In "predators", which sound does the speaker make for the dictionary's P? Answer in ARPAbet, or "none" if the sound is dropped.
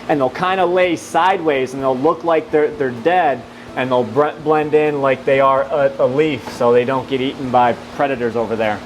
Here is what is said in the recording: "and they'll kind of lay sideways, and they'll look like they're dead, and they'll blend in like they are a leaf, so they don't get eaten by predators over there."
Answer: P